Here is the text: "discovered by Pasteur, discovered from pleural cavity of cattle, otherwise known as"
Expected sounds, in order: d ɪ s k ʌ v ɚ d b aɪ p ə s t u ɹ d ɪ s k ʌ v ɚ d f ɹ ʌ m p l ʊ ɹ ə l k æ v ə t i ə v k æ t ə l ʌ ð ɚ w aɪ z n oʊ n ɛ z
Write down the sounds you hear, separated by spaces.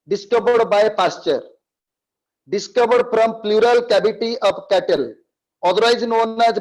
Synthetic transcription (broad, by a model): d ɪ s k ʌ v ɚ d b aɪ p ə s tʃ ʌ ɹ d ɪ s k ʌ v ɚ d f ɹ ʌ m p l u ɹ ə l k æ b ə t i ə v k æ t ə l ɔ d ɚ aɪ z n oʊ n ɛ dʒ